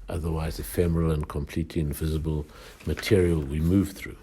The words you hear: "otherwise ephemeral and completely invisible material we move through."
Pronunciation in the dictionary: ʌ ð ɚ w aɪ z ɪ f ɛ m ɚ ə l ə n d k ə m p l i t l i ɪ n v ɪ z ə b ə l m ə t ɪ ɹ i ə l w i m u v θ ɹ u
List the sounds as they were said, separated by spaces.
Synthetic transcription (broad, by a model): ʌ ð ɚ w aɪ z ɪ f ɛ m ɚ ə l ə n k ə m p l i t l i ɪ n v ɪ z ə b ə l m ə t ɪ ɹ i ə l w i m u v θ ɹ u